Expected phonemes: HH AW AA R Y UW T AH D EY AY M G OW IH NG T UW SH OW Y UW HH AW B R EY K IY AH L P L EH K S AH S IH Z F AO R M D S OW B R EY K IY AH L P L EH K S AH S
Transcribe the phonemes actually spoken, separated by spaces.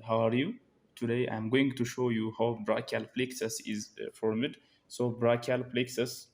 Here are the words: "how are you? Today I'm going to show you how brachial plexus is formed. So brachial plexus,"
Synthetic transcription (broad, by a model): HH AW AA R Y UW T AH D EY AY M G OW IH NG T UW SH OW Y UW HH AW B R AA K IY L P L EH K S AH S IH Z F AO R M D S OW B R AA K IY L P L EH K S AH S